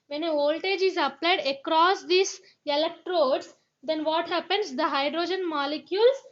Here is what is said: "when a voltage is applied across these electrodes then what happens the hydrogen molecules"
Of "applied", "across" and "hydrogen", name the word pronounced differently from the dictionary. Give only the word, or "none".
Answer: none